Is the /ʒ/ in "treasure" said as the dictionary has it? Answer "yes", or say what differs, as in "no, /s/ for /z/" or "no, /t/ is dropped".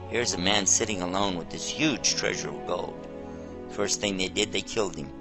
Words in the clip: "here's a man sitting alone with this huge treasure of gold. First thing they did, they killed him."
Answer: yes